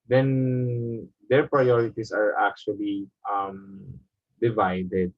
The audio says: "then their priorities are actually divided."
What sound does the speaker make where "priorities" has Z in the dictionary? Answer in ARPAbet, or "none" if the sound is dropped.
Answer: S